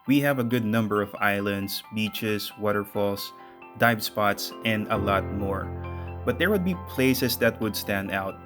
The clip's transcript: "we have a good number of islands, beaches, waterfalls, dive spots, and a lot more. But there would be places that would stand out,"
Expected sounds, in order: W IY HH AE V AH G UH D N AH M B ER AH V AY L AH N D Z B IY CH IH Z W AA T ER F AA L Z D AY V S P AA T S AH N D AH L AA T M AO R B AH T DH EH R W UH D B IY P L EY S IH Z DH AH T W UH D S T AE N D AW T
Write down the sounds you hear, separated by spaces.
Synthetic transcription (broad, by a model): W IY HH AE V AH G UH D N AH M B ER AH V AY L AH N D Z B IY CH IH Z W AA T ER F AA L S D AY B S P AA T S AH N D AH L AA T M AO R B AH T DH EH R W UH D B IY P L EY S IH S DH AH T W UH D S T AE N D AW T